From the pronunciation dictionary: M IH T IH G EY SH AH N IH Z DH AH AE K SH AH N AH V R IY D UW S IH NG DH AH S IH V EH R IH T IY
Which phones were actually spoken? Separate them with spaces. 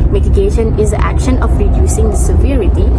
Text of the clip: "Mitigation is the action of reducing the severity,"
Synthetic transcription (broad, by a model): M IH T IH G EY SH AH N IH Z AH AE K SH AH N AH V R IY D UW S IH NG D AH S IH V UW R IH T IY